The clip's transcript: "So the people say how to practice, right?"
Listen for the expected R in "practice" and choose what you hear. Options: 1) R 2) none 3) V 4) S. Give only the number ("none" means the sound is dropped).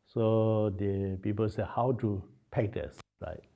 2